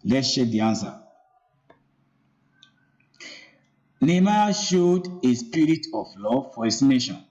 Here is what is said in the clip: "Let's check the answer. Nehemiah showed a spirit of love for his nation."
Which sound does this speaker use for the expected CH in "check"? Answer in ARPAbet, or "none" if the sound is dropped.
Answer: SH